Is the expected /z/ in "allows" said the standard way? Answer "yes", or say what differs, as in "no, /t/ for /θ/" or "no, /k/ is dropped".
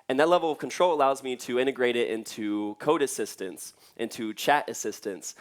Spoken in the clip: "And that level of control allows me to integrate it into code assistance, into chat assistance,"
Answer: yes